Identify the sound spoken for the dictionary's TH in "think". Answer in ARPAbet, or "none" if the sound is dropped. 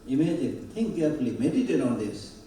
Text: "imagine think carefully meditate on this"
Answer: T